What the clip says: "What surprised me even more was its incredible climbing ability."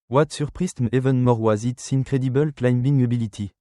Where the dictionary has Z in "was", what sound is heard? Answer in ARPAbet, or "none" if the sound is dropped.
Z